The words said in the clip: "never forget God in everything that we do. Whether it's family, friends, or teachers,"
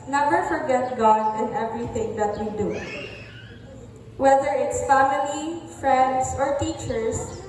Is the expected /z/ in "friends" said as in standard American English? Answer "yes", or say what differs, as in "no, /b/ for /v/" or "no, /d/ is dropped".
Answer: no, /s/ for /z/